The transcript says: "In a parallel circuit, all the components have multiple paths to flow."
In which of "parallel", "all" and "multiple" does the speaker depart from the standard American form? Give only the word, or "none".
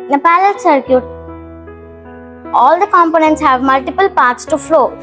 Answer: parallel